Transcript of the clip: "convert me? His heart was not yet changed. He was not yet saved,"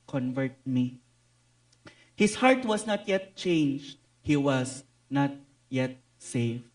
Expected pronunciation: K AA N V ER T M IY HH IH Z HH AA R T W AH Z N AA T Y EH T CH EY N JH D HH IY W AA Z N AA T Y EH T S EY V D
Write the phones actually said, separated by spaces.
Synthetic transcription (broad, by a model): K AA N V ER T M IY HH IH S HH AA R T W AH S N AA T Y EH T CH EY N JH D HH IY W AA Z N AA T Y EH T S EY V